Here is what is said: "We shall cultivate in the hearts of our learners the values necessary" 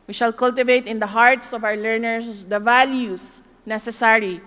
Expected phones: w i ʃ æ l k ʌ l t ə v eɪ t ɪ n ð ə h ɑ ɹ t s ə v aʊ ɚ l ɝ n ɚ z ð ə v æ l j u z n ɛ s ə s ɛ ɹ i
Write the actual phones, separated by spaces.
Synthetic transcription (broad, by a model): w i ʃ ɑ l k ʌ l t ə v eɪ t ɪ n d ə h ɑ ɹ t s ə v aʊ ɚ l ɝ n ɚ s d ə v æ l j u s n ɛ s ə s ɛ ɹ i